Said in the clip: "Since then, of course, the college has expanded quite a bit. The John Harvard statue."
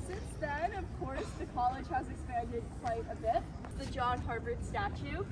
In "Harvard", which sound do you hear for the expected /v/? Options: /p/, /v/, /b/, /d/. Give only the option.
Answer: /b/